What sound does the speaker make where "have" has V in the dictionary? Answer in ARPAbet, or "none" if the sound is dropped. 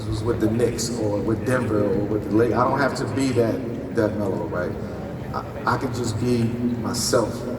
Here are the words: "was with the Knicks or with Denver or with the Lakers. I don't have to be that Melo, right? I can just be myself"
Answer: F